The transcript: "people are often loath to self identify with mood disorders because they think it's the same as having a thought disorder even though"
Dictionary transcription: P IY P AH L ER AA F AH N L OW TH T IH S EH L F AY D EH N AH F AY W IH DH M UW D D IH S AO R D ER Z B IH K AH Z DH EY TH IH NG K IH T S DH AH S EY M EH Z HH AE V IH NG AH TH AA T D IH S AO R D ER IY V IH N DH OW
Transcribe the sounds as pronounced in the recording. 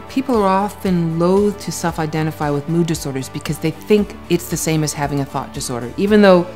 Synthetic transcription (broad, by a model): P IY P L ER AA F AH N L OW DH T IH S EH L F AY D EH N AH F AY W IH DH M UW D D IH S AO R D ER Z B IH K AH Z DH EY TH IH NG K IH T S DH AH S EY M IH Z HH AE V IH NG AH TH AA T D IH S AO R D ER IY V IH N DH OW